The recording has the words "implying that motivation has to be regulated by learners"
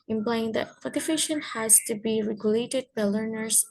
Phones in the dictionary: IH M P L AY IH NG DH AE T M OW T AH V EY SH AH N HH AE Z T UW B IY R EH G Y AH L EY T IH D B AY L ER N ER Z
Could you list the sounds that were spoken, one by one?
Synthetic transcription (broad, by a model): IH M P L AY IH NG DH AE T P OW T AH F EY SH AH N HH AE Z T UW B IY R EH G Y AH L EY T IH D B AY L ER N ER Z